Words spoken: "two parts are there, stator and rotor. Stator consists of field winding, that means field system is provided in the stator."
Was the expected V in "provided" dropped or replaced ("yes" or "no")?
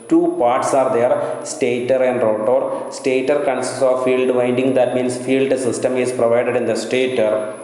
no